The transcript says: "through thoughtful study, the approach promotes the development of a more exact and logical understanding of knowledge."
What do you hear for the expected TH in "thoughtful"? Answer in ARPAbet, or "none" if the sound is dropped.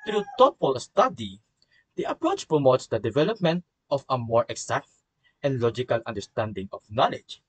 T